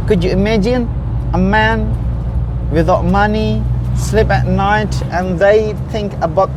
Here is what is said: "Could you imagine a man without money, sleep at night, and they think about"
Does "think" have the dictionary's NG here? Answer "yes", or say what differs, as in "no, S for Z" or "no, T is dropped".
yes